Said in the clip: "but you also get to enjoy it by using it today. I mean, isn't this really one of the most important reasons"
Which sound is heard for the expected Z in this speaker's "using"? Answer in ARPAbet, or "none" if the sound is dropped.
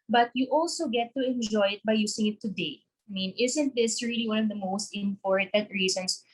S